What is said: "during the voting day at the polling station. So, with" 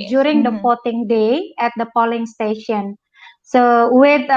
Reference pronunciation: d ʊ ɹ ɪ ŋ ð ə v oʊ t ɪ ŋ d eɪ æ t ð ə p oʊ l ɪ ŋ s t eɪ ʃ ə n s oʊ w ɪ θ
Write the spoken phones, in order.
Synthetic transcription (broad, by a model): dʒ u ɹ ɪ ŋ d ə f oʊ t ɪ ŋ d eɪ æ t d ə p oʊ l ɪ ŋ s t eɪ ʃ ə n s oʊ w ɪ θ